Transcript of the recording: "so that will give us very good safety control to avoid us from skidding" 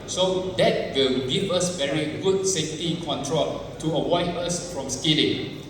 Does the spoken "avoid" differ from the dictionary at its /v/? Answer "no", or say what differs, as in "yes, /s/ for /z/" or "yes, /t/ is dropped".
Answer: yes, /w/ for /v/